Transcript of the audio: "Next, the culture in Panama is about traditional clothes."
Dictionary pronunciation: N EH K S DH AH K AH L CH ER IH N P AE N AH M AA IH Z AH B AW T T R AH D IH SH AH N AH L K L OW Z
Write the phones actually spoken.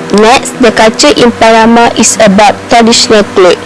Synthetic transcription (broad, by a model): N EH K S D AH K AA CH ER IH N P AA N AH M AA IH S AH B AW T T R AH D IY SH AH N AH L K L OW